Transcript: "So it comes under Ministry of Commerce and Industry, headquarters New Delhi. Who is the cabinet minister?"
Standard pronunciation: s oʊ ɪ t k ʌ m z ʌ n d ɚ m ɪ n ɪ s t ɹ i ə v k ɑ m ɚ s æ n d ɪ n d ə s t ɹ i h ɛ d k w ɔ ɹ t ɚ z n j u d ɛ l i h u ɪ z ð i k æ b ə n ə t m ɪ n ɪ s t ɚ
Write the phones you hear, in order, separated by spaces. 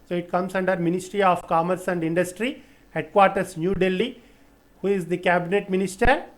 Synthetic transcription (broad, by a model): s oʊ ɪ t k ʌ m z ʌ n d ɚ m ɪ n ɪ s t ɹ i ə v k ɑ m ɚ s æ n d ɪ n d ə s t ɹ i h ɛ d k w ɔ ɹ t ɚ s n j u d ɛ l i h u ɪ z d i k æ b ə n ə t m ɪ n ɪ s t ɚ